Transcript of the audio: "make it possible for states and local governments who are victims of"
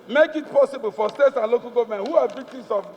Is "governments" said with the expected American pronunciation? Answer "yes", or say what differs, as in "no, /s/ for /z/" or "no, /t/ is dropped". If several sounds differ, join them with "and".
no, /s/ is dropped